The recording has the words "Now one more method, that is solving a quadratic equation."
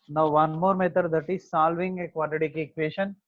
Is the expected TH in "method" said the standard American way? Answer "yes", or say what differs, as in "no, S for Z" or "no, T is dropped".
no, T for TH